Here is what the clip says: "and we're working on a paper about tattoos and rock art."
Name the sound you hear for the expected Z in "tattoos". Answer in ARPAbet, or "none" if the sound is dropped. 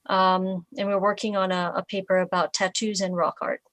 Z